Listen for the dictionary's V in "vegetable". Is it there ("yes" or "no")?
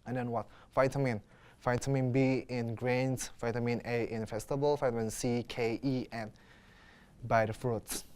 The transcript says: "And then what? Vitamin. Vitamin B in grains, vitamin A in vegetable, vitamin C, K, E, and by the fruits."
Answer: no